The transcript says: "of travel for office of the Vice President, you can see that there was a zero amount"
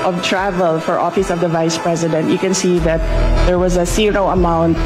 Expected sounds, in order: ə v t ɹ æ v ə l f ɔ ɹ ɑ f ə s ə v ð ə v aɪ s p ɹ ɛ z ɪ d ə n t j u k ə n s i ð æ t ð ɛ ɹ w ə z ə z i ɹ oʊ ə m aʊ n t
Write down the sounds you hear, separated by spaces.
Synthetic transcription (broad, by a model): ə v t ɹ æ v ə l f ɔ ɹ ɑ f ə s ə v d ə v aɪ s p ɹ ɛ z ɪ d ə n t j u k ə n s i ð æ t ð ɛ ɹ w ə z ə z i ɹ oʊ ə m aʊ n t